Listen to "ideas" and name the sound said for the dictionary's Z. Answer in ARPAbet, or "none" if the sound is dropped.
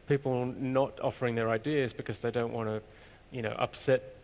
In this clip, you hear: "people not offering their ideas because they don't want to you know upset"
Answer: Z